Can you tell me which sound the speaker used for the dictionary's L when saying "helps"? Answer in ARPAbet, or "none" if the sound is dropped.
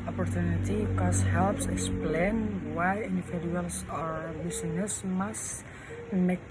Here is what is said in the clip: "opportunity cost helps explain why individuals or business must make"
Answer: L